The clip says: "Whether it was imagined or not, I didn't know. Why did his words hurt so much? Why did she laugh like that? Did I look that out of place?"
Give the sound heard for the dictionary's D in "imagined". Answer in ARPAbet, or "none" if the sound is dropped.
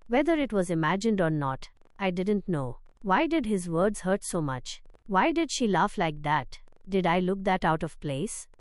D